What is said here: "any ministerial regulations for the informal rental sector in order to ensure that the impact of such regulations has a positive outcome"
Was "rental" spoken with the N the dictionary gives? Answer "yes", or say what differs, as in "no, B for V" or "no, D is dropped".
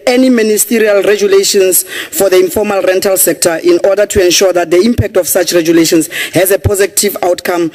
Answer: yes